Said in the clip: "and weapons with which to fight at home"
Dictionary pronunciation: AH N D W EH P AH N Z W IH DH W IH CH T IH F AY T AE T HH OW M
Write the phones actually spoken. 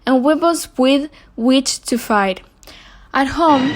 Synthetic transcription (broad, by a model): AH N W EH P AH L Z W IH DH W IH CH T IH F AY T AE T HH OW M